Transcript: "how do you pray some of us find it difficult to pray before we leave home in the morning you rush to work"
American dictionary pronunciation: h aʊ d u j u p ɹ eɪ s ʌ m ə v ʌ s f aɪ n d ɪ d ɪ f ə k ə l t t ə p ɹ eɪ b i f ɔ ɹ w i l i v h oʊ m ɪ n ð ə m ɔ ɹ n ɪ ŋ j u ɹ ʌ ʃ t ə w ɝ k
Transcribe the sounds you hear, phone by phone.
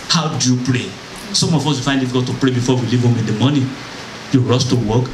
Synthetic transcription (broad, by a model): h aʊ d u j u p ɹ eɪ s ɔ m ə f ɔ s f aɪ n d ɪ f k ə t t ə p ɹ eɪ b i f ɔ w i l i v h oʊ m ɪ n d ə m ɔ n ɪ j u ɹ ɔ s t ə w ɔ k